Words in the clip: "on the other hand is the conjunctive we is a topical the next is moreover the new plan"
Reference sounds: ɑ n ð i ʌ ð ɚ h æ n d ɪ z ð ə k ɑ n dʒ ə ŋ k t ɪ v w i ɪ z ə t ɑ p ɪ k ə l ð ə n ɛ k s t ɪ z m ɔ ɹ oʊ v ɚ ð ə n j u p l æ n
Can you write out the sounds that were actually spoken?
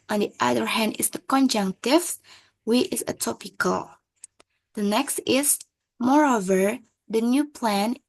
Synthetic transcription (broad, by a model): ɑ n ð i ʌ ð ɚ h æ n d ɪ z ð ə k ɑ n dʒ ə ŋ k t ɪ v w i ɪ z ə t ɑ p ɪ k ə l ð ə n ɛ k s t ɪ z m ɔ ɹ oʊ v ɚ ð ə n j u p l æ n